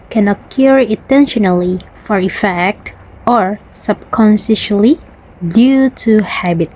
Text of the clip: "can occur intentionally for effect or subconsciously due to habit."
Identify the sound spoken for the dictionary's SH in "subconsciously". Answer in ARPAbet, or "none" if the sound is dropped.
S